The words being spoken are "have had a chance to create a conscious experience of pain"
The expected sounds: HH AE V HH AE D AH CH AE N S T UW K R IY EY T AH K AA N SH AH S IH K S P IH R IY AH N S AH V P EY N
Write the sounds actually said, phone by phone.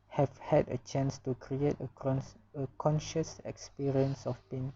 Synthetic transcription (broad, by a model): HH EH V HH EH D AH CH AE N S T UW K R IY EY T AH K AA N SH AH S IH K S P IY R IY AH N S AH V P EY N